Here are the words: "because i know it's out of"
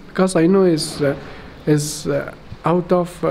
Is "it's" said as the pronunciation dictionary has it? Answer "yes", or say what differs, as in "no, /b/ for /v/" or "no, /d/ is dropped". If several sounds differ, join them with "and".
no, /s/ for /t/